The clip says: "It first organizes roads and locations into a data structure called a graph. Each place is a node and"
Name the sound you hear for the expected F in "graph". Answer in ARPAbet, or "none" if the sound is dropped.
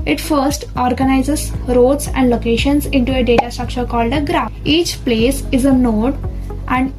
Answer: none